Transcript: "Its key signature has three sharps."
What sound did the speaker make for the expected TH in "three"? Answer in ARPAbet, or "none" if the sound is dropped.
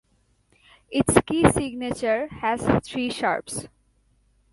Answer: T